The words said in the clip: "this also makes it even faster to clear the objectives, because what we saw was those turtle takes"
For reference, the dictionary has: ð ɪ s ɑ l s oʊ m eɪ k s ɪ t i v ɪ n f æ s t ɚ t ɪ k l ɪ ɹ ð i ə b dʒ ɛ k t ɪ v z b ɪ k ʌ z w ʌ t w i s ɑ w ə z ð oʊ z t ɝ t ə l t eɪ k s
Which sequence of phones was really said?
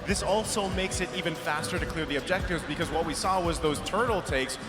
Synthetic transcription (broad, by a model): ð ɪ s ɑ l s oʊ m eɪ k s ɪ t i v ɪ n f æ s t ɚ t ɪ k l ɪ ɹ ð i ə b dʒ ɛ k t ɪ v z b ɪ k ʌ z w ʌ t w i s ɑ w ə z ð oʊ z t ɝ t l t eɪ k s